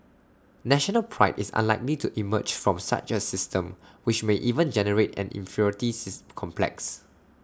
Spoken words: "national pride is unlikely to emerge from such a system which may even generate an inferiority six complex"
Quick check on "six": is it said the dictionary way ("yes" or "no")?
no